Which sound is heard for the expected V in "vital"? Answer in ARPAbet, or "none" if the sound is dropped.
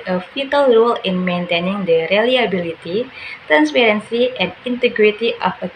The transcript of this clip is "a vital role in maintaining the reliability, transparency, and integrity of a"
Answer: F